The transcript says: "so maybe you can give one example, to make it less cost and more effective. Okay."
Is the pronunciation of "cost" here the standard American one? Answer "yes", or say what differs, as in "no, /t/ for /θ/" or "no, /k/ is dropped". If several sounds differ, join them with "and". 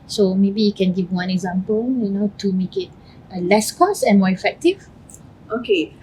no, /t/ is dropped